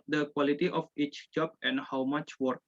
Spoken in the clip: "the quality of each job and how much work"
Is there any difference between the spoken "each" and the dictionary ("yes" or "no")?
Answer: no